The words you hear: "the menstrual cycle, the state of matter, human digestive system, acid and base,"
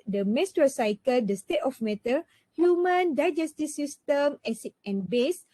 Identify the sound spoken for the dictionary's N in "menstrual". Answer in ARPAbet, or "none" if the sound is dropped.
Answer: none